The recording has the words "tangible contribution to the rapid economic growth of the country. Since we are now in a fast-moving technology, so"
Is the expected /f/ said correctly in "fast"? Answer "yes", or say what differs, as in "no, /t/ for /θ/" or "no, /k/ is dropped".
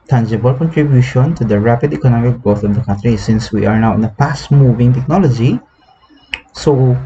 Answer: no, /p/ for /f/